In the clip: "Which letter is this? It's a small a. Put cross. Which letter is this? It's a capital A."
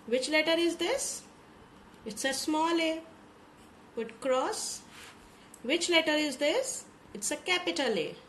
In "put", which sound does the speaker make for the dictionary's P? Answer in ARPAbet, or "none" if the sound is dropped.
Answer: B